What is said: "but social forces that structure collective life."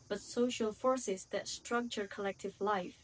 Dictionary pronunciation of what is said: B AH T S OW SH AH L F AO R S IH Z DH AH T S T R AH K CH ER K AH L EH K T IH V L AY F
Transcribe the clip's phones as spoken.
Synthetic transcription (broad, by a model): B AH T S OW SH AH L F AO R S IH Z DH AH T S T R AH K CH ER K AH L EH K T IH V L AY F